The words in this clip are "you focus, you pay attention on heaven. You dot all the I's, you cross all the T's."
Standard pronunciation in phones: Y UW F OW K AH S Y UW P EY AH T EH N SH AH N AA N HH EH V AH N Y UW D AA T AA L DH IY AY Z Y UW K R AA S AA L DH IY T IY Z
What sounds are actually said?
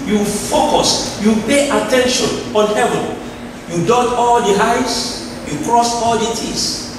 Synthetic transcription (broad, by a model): Y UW F OW K AH S Y UW P EY AH T EH N SH AH N AA N HH EH V AH N Y UW D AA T AA L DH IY AY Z Y UW K R AA S AA L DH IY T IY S